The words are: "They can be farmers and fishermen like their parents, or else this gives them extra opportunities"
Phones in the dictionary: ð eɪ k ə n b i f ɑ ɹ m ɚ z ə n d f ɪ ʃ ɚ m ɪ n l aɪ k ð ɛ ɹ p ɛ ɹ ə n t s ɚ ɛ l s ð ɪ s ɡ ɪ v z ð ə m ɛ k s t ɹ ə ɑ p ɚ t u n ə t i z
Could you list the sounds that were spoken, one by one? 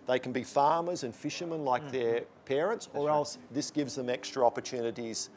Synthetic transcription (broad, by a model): ð eɪ k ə n b i f ɑ ɹ m ɚ z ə n f ɪ ʃ ɚ m ɪ n l aɪ k ð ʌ ɹ p ɛ ɹ ə n t s ɚ ɛ l s ð ɪ s ɡ ɪ v z ð ə m ɛ k s t ɹ ə ɑ p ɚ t u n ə t i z